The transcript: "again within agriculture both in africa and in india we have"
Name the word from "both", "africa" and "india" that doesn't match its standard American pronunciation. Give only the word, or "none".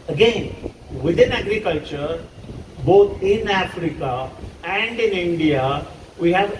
both